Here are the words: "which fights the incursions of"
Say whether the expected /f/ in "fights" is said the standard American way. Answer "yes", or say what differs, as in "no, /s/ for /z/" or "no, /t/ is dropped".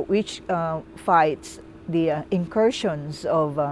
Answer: yes